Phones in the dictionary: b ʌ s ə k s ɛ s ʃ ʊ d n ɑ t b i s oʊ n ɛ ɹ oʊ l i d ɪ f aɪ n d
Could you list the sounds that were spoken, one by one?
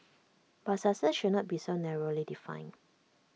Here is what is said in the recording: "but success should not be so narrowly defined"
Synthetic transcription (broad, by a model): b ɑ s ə s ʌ ʃ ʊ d n ɑ t b i s oʊ n ɛ ɹ oʊ l i d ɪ f aɪ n